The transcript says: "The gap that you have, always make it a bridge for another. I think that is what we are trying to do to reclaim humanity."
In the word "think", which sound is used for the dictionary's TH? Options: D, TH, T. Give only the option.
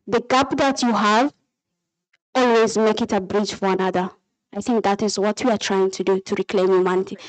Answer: TH